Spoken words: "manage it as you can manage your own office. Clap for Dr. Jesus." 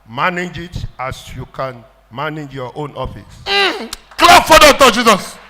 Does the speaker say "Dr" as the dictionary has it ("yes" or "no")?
no